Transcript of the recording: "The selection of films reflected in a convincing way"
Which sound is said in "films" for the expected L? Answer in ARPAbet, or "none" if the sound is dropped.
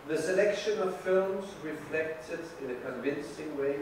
L